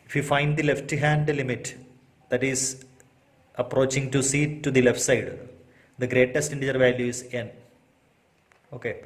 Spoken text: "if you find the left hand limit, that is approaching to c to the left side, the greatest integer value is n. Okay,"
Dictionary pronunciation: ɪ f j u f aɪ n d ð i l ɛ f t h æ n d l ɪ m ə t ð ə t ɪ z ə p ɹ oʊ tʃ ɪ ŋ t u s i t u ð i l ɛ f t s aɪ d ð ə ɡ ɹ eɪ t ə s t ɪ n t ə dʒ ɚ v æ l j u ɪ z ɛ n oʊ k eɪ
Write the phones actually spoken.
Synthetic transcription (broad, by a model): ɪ f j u f aɪ n d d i l ɛ f t h æ n d l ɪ m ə t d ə t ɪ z ə p ɹ oʊ tʃ ɪ ŋ t u s i t u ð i l ɛ f t s aɪ d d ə ɡ ɹ eɪ t ə s t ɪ n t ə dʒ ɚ v æ l j u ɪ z ɛ n oʊ k eɪ